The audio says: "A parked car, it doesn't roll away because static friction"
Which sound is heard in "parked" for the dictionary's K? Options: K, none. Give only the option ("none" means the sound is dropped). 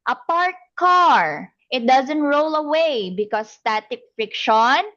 none